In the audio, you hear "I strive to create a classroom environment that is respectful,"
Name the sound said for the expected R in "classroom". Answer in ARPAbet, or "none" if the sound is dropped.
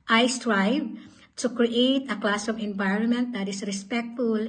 none